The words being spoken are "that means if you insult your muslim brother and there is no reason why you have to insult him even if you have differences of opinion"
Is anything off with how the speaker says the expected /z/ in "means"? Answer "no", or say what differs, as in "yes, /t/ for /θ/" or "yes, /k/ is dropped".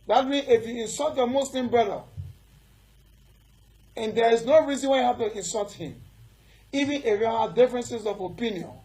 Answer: yes, /z/ is dropped